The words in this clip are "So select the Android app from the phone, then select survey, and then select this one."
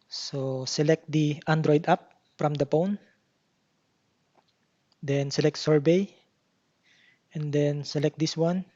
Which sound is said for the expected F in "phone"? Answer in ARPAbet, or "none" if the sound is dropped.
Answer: P